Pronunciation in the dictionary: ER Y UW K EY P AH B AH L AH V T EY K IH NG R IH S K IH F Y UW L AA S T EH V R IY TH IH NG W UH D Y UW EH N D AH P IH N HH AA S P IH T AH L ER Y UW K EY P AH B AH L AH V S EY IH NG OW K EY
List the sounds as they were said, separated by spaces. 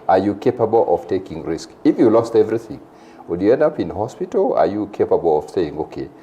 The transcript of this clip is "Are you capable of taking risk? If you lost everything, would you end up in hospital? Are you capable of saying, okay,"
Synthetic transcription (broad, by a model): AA Y UW K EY P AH B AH L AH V T EY K IH NG R IH S K IH F Y UW L AA S T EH V R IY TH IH NG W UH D Y UW EH N D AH P IH N HH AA S P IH T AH L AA Y UW K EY P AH B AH L AH V S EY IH NG OW K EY